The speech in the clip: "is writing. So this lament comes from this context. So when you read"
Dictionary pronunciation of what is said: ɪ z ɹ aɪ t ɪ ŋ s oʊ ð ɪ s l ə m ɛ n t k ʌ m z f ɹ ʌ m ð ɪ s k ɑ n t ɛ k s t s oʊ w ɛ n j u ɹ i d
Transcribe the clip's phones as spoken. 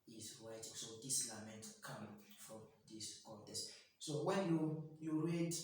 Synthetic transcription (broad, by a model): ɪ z w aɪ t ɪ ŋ s oʊ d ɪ s l ə m ɛ n t k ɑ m f ɹ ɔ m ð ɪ s k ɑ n t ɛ s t s oʊ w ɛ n j u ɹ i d